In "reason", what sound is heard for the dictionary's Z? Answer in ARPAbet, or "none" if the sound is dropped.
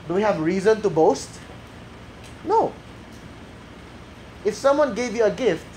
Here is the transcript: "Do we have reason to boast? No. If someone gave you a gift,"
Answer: Z